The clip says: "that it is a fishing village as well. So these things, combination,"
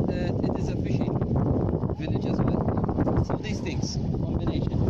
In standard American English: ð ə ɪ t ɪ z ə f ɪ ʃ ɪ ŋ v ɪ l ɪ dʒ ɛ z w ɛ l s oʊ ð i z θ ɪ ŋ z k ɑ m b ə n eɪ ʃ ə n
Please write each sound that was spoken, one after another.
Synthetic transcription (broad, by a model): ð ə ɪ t ɪ z ə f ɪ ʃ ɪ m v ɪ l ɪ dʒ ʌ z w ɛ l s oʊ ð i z t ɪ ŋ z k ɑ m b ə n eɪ ʃ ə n